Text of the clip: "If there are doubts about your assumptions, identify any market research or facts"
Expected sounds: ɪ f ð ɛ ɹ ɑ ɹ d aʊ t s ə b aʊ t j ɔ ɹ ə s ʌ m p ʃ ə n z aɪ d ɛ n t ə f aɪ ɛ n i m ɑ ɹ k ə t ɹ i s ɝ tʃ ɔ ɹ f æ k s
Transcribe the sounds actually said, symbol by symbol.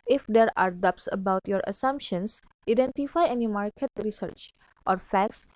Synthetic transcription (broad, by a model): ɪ f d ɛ ɹ ɑ ɹ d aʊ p s ə b aʊ t j ɔ ɹ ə s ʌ m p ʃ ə n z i d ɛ n t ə f aɪ ɛ n i m ɑ ɹ k ə t ɹ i s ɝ tʃ ɔ ɹ f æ k s